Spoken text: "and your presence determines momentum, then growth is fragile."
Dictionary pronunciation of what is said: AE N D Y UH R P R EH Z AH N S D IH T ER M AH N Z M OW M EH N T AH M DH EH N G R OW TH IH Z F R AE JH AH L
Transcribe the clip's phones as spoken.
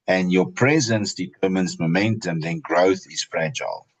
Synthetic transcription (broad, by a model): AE N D Y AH P R EH Z AH N S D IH T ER M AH N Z M OW M EH N T AH M DH EH N G R OW TH IH Z F R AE JH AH L